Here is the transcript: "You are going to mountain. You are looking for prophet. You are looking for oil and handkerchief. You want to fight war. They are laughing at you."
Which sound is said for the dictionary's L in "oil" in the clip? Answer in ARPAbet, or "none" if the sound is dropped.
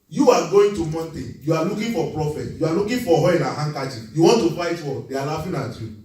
N